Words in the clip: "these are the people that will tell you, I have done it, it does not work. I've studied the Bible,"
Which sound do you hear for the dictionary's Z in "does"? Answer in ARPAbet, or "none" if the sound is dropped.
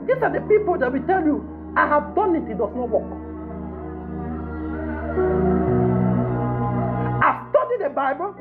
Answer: S